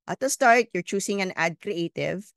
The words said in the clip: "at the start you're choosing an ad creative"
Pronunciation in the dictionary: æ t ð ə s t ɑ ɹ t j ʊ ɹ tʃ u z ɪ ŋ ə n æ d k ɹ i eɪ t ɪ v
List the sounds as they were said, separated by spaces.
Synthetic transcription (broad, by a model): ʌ t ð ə s t ɑ ɹ t j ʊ ɹ tʃ u s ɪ ŋ ə n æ d k ɹ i eɪ t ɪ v